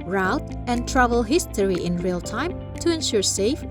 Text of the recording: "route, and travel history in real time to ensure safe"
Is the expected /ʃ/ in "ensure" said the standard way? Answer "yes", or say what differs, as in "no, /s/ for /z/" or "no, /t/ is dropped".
yes